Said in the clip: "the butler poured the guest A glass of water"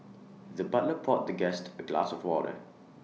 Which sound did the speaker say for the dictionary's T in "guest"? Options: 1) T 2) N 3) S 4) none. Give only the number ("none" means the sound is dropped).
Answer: 1